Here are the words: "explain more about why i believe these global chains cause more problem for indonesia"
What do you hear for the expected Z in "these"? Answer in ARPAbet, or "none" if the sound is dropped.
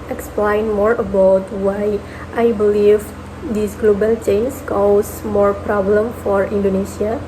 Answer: S